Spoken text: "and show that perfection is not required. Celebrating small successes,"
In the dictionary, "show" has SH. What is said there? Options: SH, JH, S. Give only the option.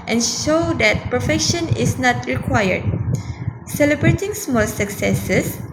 SH